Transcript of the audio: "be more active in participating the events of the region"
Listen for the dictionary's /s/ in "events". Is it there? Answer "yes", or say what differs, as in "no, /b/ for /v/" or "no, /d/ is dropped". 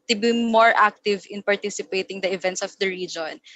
yes